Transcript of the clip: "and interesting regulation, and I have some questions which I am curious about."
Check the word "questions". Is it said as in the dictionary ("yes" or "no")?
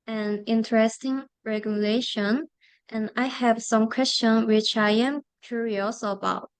no